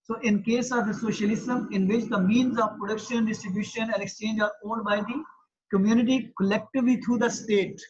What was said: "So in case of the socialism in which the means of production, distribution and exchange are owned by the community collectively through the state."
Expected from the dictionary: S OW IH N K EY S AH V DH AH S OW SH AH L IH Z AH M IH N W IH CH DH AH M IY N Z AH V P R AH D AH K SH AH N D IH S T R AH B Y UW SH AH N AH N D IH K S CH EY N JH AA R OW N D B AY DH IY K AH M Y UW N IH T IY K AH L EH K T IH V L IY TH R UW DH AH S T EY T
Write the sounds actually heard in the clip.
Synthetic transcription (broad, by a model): S OW IH N K EY S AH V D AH S OW SH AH L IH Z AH M IH N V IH CH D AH M IY N Z AH V P R AH D AH K SH AH N D IH S T R AH B Y UW SH AH N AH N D IH K S CH EY N JH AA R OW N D B AY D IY K AH M Y UW N IH T IY K AH L EH K T IH V L IY T R UW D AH S T EY T